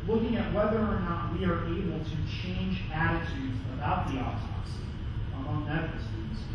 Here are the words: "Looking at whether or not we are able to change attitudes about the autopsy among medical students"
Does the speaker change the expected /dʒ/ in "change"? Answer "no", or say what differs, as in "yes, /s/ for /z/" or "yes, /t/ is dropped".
no